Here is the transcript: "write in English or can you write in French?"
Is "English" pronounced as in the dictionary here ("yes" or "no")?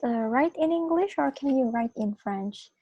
yes